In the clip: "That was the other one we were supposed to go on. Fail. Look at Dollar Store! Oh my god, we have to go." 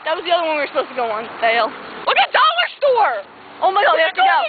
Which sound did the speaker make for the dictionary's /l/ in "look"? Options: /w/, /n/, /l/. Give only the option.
/w/